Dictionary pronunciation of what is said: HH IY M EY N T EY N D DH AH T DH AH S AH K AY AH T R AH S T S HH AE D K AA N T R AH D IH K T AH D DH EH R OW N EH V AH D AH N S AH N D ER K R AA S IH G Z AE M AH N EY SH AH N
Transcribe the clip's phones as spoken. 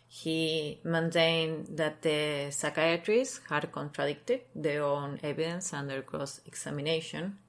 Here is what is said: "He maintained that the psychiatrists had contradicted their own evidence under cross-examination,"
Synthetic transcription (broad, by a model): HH IY M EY N T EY N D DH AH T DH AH S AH K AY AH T R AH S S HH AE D K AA N T R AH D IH K T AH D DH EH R OW N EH B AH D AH N S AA N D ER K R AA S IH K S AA M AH N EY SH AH N